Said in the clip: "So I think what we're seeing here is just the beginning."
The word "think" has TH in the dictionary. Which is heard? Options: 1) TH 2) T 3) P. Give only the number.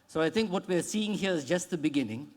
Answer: 2